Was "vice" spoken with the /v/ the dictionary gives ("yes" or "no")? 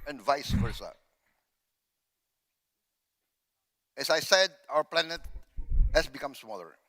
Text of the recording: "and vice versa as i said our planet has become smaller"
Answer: yes